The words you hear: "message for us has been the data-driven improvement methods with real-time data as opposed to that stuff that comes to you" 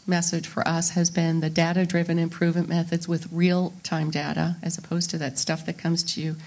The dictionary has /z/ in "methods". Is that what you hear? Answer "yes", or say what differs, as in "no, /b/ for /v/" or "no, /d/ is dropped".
yes